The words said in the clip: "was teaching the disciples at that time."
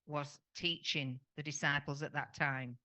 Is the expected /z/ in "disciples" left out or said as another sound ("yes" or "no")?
no